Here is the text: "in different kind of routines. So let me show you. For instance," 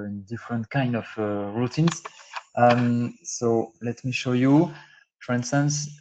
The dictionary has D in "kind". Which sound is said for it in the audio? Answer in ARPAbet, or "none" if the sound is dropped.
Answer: D